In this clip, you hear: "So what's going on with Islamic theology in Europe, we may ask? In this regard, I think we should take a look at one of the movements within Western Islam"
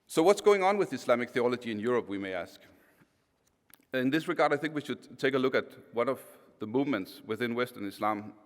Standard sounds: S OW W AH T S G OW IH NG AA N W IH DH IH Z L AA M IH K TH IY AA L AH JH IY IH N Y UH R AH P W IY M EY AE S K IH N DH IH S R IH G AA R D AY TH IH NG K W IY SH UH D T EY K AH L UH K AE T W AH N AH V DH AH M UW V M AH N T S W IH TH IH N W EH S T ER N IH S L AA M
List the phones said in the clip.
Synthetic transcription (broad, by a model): S OW W AH T S G OW IH NG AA N W IH DH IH S L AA M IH K TH IY AA L AH JH IY IH N Y UH R AH P W IY M EY AE S K IH N DH IH S R IH G AA R D AY TH IH NG K W IY SH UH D T EY K AH L UH K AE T W AH N AH V DH AH M UW V M AH N T S W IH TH IH N W EH S T ER N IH S L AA M